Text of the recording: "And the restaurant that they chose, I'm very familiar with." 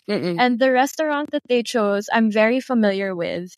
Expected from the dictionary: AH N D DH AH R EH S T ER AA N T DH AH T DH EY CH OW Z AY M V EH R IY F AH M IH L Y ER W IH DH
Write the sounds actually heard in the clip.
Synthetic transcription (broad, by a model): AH N DH AH R EH S T ER AA N T DH AH T DH EY CH OW Z AY M V EH R IY F AH M IH L Y ER W IH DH